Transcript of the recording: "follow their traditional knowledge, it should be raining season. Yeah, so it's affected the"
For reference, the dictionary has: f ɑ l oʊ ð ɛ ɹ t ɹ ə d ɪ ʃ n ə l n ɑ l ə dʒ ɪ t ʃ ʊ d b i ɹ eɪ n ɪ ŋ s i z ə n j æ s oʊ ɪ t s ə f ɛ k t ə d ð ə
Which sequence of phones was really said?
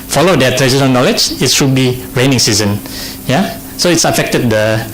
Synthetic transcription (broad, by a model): f ɑ l oʊ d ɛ t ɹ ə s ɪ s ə n n ɑ l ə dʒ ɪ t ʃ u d b i ɹ eɪ n ɪ ŋ s i z ə n j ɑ s oʊ ɪ t s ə f ɛ k t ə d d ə